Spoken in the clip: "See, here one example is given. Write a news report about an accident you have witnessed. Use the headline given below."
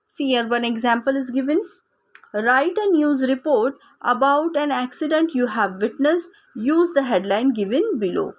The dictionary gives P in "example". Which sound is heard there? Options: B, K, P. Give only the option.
P